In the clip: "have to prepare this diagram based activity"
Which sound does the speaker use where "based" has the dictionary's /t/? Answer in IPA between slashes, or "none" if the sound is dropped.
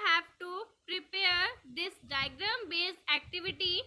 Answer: none